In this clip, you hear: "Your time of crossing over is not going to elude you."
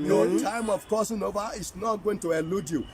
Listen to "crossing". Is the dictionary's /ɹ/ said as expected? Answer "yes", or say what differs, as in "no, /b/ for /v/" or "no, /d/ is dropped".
no, /ɹ/ is dropped